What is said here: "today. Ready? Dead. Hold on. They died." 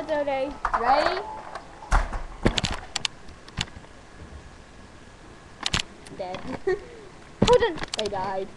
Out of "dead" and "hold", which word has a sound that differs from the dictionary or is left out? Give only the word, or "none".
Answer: hold